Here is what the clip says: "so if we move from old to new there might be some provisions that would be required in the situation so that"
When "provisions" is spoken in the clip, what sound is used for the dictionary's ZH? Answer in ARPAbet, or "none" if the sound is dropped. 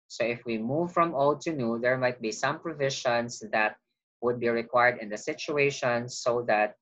SH